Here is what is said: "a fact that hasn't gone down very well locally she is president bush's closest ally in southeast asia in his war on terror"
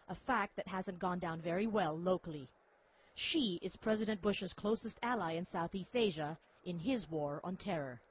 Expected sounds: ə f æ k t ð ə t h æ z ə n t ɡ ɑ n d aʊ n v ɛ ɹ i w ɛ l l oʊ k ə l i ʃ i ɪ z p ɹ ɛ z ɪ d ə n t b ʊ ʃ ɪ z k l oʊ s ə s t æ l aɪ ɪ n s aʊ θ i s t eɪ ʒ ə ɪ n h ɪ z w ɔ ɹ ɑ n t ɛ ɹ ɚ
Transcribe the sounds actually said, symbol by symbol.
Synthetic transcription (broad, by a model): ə f æ k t ð ə t h æ z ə n ɡ ɑ n d aʊ n v ɛ ɹ i w ɛ l l oʊ k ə l i ʃ i ɪ z p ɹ ɛ z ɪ d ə n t b ʊ ʃ ɪ z k l oʊ s ə s t æ l aɪ ɪ n s aʊ θ i s t eɪ ʒ ə ɪ n ɪ z w ɔ ɹ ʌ n t ɛ ɹ ɚ